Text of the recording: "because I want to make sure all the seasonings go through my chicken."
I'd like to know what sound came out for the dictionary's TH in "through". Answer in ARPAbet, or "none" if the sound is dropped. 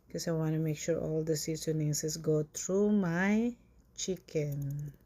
T